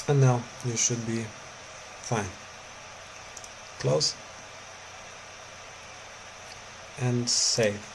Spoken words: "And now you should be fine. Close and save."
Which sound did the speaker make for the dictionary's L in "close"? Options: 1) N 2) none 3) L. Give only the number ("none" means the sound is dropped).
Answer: 3